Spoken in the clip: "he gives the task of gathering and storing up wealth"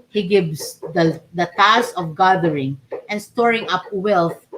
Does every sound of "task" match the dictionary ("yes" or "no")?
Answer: no